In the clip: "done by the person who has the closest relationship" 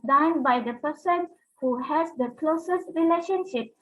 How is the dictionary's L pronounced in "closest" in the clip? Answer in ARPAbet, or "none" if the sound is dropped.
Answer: L